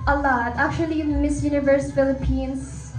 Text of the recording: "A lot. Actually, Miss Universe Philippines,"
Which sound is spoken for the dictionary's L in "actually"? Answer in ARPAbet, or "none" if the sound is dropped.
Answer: N